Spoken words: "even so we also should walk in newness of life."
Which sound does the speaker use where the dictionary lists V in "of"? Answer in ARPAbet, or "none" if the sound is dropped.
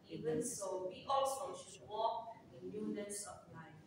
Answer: P